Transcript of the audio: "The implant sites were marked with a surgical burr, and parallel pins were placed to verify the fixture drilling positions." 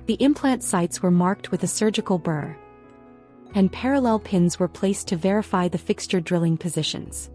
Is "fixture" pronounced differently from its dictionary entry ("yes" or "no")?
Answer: no